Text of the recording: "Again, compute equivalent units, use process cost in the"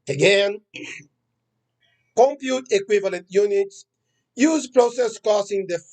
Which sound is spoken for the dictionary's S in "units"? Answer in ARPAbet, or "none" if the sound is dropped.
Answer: S